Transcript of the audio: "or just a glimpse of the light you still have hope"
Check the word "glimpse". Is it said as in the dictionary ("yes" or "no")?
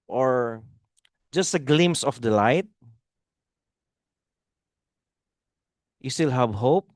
no